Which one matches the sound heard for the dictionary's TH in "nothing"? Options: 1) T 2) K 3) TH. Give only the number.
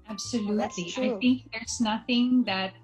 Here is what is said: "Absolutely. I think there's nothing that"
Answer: 3